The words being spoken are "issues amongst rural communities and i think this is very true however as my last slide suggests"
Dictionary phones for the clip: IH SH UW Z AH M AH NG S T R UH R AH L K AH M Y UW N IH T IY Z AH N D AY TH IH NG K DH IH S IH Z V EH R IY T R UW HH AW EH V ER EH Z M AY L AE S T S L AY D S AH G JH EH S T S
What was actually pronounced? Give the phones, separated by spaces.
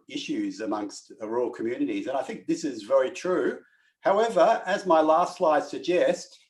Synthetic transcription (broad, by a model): IH SH UW Z AH M AH NG S T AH R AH L K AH M Y UW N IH T IY Z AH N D AY TH IH NG K DH IH S IH Z V EH R IY T R UW HH AW EH V ER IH Z M AY L AE S T S L AY D S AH G JH EH S T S